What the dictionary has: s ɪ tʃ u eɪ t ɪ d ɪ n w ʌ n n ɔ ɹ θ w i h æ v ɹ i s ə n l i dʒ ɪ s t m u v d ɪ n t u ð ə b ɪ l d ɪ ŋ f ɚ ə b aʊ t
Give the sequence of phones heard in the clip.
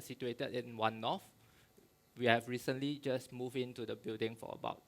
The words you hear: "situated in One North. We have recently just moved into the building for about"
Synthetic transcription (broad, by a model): s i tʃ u eɪ t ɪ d ɪ n w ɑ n n ɔ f w i h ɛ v ɹ i s ə n l i dʒ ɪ s m u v ɪ n t u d ə b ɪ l d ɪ ŋ f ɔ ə b aʊ t